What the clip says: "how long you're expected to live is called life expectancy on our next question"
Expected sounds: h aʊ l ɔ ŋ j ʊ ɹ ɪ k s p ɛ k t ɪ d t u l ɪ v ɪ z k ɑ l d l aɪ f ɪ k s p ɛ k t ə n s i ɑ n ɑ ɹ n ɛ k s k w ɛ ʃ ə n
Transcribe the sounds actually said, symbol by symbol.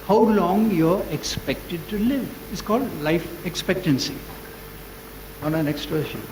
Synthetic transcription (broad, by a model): h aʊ l ɔ ŋ j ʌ ɹ ɪ k s p ɛ k t ɪ d t u l ɪ v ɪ s k ɑ l d l aɪ f ɪ k s p ɛ k t ə n s i ɑ n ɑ n ɛ k s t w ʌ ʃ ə